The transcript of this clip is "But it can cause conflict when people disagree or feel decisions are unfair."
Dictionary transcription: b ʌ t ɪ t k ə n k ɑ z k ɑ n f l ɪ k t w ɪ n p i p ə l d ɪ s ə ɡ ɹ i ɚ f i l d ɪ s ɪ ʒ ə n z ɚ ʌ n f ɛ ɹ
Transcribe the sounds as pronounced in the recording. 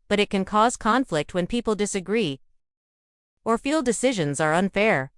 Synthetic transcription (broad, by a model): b ʌ t ɪ t k ə n k ɑ z k ɑ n f l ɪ k t w ɪ n p i p l d ɪ s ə ɡ ɹ i ɚ f i l d ɪ s ɪ ʒ ə n z ɚ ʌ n f ɛ ɹ